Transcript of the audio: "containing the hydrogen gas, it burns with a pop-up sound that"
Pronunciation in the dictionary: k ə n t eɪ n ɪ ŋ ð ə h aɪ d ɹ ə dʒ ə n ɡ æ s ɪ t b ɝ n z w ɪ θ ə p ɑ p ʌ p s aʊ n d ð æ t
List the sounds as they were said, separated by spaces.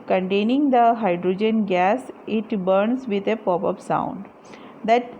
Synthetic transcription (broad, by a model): k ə n t eɪ n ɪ ŋ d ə h aɪ d ɹ ə dʒ ə n ɡ æ s ɪ t b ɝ n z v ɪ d ə p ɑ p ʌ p s aʊ n d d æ t